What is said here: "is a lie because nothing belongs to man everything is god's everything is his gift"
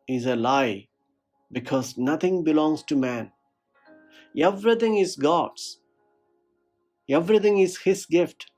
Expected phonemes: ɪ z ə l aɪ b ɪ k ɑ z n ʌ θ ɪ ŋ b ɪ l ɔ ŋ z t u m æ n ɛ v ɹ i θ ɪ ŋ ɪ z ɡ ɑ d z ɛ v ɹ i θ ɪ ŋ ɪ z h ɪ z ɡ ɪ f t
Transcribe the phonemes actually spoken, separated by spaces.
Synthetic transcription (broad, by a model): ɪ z ə l aɪ b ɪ k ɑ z n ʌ t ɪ ŋ b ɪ l ɔ ŋ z t u m æ n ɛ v ɹ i t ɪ ŋ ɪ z ɡ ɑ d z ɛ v ɹ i t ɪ ŋ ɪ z h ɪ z ɡ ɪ f t